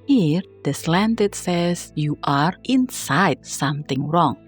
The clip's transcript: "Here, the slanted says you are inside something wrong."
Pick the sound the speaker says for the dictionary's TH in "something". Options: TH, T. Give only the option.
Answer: T